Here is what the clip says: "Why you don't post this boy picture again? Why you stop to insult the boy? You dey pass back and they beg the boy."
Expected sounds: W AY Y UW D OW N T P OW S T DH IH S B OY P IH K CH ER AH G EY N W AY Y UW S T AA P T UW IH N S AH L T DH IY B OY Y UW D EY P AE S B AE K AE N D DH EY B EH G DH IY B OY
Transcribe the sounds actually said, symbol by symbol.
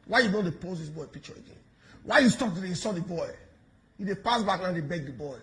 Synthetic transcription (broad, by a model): W AY Y UW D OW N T P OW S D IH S B OY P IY K CH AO AH G EY N W AY Y UW S T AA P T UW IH S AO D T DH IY B OY Y UW D EY P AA S B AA K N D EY B EH G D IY B OY